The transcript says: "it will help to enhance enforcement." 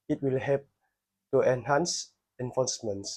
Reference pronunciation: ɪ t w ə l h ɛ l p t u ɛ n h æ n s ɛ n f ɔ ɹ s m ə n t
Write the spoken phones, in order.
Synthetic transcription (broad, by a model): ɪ t w ə l h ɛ p t u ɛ n h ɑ n s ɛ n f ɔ s m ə n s